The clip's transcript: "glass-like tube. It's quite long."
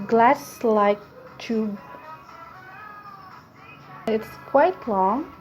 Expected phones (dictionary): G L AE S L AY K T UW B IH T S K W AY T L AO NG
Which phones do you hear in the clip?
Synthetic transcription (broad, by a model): G L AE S L AY K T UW IH T S K W AY T L AO NG